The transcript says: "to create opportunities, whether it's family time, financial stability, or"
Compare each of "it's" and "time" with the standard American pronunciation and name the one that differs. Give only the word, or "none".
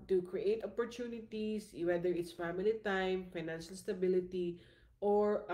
none